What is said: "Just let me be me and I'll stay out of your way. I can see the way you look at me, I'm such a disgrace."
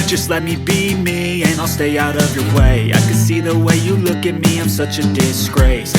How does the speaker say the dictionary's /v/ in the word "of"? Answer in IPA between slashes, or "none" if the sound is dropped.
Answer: /v/